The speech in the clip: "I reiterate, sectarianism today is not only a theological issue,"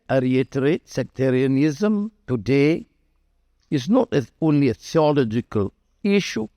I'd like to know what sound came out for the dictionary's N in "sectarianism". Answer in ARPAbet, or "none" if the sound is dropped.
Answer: N